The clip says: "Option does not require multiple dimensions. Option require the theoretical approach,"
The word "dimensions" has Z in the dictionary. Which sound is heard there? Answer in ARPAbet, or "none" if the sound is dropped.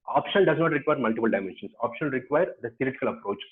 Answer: S